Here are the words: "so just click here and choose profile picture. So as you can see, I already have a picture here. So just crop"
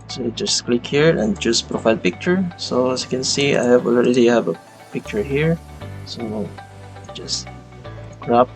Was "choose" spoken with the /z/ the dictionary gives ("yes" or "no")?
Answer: no